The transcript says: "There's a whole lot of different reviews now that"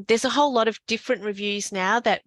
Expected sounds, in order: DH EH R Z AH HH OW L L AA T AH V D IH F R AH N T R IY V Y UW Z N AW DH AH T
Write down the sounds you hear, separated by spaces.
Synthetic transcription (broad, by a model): DH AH R Z AH HH OW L L AA T AH V D IH F R AH N T R IY V Y UW Z N AW DH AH T